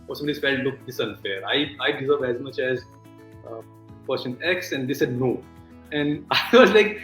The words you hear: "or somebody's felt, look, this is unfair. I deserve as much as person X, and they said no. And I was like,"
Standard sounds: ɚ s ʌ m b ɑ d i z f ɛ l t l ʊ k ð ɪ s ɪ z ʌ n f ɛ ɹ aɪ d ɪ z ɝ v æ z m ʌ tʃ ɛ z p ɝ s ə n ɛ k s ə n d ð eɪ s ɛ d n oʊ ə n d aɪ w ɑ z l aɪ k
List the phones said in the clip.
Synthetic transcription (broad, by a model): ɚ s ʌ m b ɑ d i s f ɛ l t l ʊ k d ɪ s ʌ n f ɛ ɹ aɪ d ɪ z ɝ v æ z m ʌ tʃ ɛ z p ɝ ʃ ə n ɛ k s ə n d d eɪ s ɛ d n oʊ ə n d aɪ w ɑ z l aɪ k